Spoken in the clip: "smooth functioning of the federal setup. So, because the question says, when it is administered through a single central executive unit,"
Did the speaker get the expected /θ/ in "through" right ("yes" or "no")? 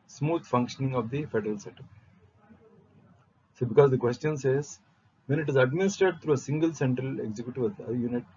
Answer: no